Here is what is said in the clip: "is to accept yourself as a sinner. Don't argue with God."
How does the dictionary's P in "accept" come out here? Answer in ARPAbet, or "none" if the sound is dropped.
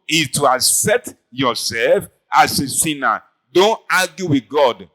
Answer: none